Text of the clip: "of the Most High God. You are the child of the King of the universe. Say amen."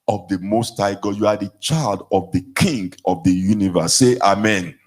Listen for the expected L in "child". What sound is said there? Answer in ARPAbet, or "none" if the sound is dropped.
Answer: L